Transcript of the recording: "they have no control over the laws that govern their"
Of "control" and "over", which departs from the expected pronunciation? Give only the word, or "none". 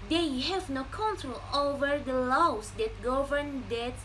none